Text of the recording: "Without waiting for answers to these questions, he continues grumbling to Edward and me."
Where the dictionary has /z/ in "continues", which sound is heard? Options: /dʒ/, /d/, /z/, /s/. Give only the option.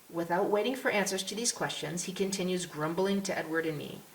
/z/